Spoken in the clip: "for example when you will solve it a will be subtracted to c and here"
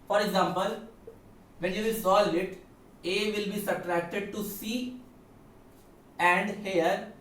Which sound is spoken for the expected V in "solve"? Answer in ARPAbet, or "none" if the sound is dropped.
none